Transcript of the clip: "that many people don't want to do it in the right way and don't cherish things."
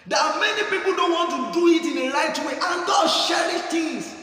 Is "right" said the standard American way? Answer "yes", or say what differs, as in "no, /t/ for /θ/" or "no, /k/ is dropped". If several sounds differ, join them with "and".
no, /l/ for /ɹ/